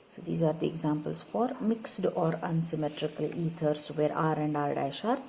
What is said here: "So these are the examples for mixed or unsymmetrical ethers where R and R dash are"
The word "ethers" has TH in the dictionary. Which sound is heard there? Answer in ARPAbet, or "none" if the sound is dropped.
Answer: T